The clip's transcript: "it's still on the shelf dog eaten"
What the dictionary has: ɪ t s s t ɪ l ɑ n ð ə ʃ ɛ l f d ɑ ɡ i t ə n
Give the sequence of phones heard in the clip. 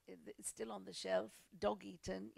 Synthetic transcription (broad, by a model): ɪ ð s s t ɪ l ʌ n ð ə ʃ ɛ l f d ɑ ɡ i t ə n